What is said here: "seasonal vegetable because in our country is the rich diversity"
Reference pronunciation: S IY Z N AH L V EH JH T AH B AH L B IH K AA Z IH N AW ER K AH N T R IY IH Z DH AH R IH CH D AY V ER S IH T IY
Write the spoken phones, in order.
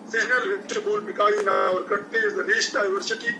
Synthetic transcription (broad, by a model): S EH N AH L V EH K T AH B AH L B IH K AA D IH N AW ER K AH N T IY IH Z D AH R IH S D AY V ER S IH T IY